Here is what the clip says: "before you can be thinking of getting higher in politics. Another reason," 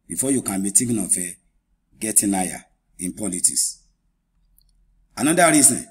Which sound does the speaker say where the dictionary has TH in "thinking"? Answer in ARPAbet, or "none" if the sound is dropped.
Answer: T